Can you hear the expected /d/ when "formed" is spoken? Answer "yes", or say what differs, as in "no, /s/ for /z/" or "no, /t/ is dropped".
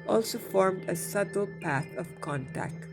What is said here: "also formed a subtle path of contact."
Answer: yes